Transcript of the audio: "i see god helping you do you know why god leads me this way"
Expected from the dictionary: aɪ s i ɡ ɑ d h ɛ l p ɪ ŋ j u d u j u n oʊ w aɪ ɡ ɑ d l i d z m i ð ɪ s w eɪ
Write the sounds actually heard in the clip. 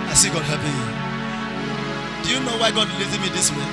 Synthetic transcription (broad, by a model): aɪ s i ɡ ɑ d h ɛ p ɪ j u d u j u n oʊ w aɪ ɡ ɑ d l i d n m i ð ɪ s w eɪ